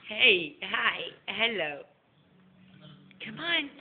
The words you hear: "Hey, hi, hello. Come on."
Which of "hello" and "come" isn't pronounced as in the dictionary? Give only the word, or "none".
none